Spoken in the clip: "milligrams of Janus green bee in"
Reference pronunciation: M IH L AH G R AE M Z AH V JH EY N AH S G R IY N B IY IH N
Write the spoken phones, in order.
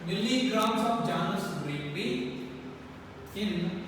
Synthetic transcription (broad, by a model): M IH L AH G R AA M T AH P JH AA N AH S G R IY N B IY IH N